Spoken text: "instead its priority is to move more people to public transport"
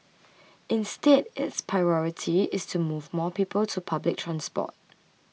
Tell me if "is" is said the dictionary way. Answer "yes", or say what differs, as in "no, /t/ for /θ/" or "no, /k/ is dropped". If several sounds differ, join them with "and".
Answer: no, /s/ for /z/